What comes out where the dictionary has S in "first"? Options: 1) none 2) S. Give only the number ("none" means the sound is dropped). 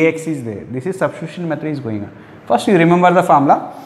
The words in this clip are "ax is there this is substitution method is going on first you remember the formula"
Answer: 2